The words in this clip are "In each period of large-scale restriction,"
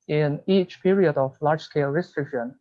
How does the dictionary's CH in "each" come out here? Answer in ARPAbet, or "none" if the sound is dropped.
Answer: CH